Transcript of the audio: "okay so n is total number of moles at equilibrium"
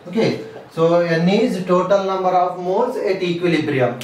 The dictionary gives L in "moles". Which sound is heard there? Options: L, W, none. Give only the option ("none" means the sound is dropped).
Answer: none